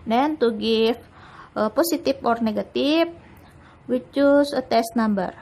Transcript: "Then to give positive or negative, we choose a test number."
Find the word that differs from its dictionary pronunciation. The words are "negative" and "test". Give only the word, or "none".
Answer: negative